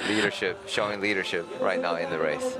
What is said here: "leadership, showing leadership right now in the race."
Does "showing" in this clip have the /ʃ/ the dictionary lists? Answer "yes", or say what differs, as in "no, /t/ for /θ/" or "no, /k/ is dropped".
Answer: yes